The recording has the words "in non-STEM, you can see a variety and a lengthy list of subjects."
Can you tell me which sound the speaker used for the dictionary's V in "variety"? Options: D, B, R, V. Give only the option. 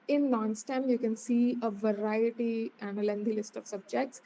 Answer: V